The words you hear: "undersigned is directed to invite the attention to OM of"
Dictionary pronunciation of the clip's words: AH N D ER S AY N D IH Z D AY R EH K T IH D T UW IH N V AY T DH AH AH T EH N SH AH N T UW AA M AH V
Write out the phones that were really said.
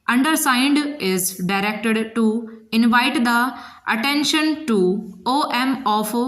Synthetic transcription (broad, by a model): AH N D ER S AY N D IH Z D AY R EH K T IH D T UW IH N V AY T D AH AH T EH N SH AH N T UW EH M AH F